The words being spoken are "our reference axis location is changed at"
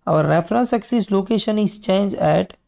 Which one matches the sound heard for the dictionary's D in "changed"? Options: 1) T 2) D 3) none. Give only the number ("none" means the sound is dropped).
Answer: 3